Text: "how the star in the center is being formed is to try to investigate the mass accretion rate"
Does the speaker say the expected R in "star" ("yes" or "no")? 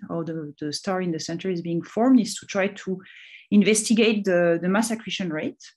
yes